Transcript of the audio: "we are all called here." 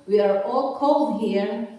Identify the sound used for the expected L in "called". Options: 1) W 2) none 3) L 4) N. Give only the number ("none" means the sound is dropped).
3